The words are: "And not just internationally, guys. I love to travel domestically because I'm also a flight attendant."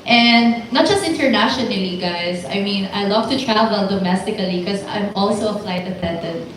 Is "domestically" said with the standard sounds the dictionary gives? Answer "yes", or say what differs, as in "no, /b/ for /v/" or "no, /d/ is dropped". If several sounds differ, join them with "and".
no, /l/ is dropped